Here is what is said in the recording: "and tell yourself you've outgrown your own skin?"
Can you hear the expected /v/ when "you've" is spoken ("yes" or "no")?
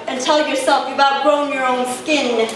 no